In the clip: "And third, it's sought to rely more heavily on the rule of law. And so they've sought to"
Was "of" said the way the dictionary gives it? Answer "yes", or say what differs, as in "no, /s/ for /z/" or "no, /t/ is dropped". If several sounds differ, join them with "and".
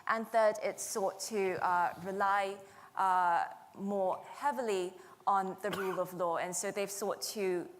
yes